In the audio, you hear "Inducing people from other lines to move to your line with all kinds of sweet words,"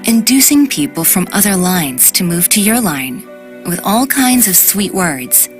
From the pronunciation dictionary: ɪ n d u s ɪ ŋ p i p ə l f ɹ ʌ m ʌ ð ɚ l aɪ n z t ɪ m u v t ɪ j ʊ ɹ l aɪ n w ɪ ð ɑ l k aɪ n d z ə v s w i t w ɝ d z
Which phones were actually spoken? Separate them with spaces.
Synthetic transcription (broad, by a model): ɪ n d u s ɪ ŋ p i p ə l f ɹ ʌ m ʌ ð ɚ l aɪ n z t ɪ m u v t ɪ j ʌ ɹ l aɪ n w ɪ ð ɑ l k aɪ n d z ə v s w i t w ɝ d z